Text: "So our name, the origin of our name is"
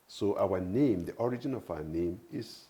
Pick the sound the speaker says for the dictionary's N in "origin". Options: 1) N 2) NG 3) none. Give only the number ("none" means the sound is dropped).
1